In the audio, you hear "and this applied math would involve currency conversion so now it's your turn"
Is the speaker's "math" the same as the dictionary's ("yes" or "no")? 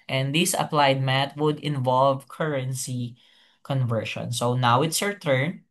no